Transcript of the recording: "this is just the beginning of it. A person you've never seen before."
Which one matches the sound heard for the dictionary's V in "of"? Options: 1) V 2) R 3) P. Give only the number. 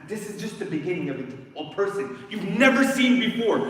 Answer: 1